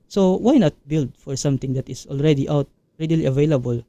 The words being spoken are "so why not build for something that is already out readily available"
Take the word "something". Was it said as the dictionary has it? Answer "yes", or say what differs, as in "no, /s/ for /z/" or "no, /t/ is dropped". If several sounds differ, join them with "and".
no, /t/ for /θ/